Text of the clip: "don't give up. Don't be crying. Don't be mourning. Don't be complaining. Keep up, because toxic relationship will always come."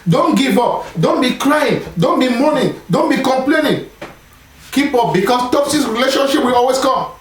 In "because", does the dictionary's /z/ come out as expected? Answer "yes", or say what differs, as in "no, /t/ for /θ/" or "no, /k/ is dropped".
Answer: no, /s/ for /z/